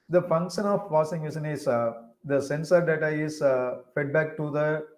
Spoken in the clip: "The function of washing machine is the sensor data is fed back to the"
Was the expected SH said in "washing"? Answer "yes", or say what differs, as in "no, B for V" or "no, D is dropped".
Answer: no, S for SH